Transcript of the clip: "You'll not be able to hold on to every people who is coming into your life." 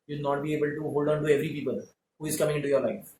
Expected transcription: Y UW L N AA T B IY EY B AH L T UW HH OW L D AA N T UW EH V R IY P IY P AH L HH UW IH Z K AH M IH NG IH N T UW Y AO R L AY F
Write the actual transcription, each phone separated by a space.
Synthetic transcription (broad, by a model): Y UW N AA T B IY EY B AH L T UW HH OW L D AA N T UW EH V R IY P IY P AH L HH UW IH Z K AH M IH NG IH T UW Y AO R L AY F